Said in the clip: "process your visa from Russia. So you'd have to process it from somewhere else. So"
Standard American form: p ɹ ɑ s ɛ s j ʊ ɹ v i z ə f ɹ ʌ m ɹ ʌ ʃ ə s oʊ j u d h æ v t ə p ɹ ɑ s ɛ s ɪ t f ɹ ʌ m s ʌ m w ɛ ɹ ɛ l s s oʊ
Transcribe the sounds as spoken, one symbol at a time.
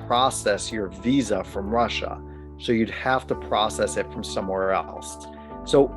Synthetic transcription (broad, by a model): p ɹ ɑ s ɛ s j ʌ ɹ v i z ə f ɹ ʌ m ɹ ʌ ʃ ə s oʊ j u d h æ f t ə p ɹ ɑ s ɛ s ɪ t f ɹ ʌ m s ʌ m w ɛ ɹ ɛ l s s oʊ